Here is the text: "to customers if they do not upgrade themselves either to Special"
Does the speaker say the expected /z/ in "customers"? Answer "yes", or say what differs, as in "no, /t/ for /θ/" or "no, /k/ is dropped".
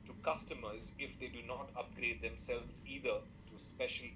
yes